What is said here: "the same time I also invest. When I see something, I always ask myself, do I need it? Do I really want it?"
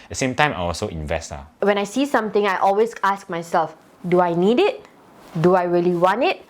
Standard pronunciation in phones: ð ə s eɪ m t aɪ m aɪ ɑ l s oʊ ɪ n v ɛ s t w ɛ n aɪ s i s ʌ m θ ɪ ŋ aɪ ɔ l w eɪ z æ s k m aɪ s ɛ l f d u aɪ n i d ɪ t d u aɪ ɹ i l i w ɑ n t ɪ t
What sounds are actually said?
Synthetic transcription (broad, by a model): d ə s eɪ m t aɪ m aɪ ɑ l s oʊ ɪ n v ɛ s t w ɛ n aɪ s i s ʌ m t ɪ ŋ aɪ ɔ l w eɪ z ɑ s k m aɪ s ɛ l f d u aɪ n i d ɪ t d u aɪ ɹ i l i w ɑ n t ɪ t